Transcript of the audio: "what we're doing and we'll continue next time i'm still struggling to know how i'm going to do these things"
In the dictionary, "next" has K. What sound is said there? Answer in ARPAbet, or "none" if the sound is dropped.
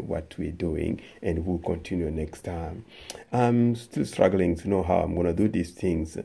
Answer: K